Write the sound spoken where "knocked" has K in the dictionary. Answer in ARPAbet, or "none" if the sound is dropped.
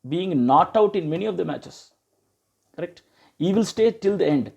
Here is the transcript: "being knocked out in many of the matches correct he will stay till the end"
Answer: none